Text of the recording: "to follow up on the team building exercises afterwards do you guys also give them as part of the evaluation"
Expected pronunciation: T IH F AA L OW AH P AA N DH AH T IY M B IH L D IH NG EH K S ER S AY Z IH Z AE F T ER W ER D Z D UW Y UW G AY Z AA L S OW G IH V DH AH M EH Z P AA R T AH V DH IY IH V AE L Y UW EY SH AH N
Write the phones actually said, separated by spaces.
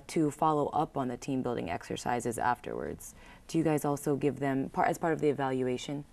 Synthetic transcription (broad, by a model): T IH F AA L OW AH P N DH AH T IY M B IH L D IH NG EH K S ER S AY Z IH Z AE F T ER W ER D Z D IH Y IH G AY Z AA L S OW G IH V DH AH M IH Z P AA R T AH V DH IY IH V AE L Y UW EY SH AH N